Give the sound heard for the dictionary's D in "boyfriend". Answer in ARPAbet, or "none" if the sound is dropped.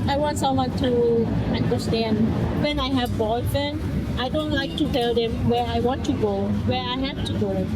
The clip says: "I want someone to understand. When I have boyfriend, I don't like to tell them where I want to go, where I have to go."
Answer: none